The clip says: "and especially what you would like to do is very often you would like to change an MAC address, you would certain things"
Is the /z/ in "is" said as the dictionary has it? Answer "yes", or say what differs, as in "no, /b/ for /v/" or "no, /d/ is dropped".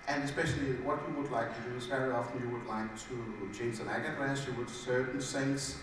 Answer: no, /s/ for /z/